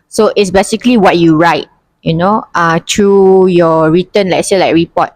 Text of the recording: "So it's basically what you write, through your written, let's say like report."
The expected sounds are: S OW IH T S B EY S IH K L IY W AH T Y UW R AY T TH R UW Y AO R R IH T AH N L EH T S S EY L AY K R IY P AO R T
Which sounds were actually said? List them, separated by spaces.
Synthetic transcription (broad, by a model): S OW IH T S B EY S IH K L IY W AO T Y UW R AY T T R UW Y AO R R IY T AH N L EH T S S EY L AY K R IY P AO T